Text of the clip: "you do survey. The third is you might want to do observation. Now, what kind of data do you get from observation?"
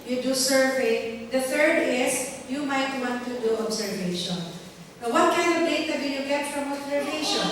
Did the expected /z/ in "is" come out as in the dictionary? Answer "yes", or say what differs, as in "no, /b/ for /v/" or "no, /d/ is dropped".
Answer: no, /s/ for /z/